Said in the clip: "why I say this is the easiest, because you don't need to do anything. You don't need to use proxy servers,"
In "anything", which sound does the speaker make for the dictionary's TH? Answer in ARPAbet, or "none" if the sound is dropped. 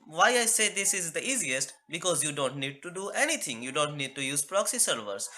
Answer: T